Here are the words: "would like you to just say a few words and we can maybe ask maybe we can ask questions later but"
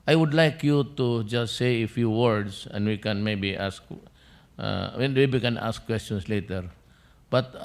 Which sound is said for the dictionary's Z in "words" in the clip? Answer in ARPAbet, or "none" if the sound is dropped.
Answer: S